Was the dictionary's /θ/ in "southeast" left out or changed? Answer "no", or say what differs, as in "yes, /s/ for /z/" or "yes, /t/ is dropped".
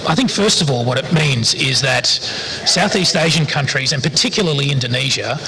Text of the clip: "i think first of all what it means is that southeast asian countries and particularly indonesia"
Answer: no